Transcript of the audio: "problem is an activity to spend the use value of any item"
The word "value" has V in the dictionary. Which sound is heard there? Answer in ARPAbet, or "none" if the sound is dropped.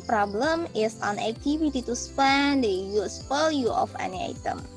P